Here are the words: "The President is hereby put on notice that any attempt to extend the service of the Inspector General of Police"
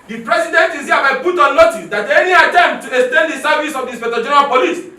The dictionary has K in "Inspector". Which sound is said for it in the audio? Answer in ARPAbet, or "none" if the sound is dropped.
none